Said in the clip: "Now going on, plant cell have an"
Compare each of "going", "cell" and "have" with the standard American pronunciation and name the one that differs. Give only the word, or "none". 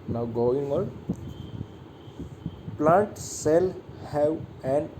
have